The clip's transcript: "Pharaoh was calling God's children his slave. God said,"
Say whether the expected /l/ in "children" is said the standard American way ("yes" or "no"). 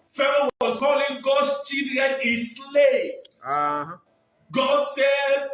no